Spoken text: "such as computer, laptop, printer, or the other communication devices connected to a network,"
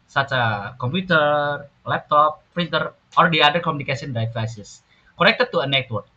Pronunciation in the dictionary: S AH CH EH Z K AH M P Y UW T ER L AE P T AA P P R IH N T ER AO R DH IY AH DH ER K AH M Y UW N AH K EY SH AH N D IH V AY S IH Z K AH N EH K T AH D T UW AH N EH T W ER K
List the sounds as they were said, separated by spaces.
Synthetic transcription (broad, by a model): S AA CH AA K AH M P Y UW T ER L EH P T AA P P R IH N T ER AO R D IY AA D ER K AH M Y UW N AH K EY S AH N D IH F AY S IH S K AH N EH K T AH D T UW AH N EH T W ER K